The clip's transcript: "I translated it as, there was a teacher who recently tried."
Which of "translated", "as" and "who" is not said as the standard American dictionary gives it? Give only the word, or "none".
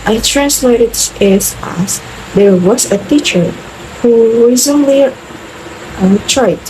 as